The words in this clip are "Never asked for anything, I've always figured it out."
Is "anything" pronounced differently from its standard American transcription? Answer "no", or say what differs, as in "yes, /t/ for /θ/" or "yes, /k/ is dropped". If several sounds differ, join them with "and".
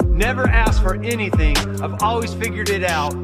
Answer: no